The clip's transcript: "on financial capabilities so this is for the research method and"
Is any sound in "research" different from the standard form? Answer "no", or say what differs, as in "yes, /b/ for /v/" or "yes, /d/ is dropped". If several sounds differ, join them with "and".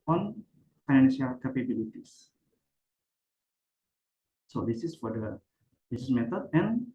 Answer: yes, /s/ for /tʃ/